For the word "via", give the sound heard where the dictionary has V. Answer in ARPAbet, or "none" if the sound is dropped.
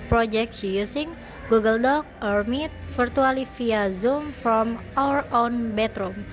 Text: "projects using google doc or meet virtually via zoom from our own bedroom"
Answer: F